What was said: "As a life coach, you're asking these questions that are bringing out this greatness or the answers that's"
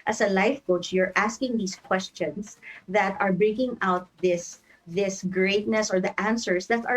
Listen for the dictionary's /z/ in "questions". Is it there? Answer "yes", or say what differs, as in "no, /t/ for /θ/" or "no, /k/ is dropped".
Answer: no, /s/ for /z/